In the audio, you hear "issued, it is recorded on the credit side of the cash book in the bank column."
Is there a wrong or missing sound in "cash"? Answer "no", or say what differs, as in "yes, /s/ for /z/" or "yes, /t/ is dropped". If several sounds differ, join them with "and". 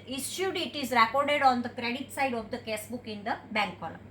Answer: yes, /s/ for /ʃ/